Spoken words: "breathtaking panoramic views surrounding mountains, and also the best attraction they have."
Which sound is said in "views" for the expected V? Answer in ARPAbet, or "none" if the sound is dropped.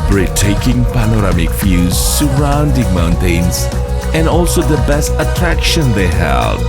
F